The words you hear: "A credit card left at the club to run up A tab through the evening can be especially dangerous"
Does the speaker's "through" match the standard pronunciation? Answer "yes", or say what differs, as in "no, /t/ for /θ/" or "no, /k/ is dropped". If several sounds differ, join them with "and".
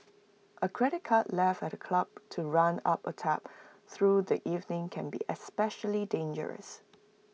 yes